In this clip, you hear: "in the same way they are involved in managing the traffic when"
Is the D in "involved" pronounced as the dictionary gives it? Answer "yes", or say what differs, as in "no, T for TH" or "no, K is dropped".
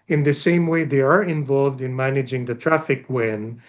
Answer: yes